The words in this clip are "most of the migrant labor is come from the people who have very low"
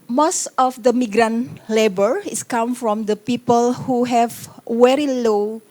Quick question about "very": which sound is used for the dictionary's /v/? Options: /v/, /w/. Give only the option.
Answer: /w/